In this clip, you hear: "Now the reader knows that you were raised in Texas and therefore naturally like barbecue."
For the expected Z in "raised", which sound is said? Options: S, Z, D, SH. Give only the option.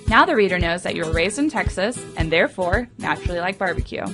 Z